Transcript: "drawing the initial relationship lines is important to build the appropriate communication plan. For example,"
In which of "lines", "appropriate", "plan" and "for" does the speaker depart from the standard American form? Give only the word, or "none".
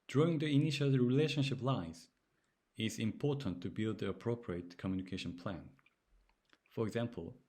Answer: lines